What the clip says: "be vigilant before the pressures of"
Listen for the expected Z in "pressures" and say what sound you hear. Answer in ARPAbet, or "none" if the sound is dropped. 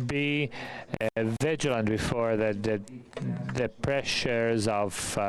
Z